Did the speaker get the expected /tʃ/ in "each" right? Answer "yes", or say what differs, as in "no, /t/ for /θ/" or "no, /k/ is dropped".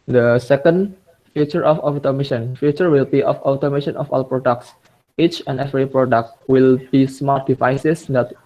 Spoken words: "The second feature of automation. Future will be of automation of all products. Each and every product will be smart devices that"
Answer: yes